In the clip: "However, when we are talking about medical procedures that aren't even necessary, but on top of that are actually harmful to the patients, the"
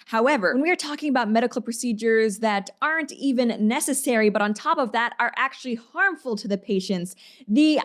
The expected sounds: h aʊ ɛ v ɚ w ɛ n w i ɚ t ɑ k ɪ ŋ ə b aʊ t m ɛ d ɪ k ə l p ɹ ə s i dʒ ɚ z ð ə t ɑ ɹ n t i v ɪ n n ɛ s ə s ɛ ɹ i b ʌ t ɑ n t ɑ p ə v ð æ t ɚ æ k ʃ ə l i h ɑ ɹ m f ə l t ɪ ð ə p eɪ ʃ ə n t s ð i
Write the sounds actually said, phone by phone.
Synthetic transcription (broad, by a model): h aʊ ɛ v ɚ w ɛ n w i ɚ t ɑ k ɪ ŋ ə b aʊ t m ɛ d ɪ k l p ɹ ə s i dʒ ɚ z ð ə t ɑ ɹ n t i v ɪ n n ɛ s ə s ɛ ɹ i b ʌ t n t ɑ p ə v ð æ t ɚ æ k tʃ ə l i h ɑ ɹ m f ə l t ɪ ð ə p eɪ ʃ ə n t s ð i